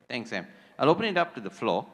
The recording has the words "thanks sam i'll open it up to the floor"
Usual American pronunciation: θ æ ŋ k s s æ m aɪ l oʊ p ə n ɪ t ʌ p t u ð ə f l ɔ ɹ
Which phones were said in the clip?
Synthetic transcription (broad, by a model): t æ ŋ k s s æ m aɪ l oʊ p ə n ɪ t ʌ p t u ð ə f l ɔ